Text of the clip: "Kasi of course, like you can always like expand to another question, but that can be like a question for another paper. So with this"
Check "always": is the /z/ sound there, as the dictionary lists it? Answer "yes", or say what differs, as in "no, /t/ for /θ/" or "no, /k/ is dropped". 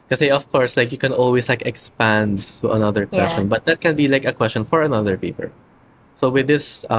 no, /s/ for /z/